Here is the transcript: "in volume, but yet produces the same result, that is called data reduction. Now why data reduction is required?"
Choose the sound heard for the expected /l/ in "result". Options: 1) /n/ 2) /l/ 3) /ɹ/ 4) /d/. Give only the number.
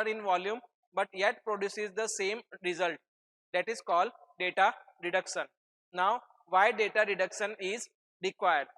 2